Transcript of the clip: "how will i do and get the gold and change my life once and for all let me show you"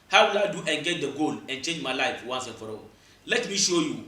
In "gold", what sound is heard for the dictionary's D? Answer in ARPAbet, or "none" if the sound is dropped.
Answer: none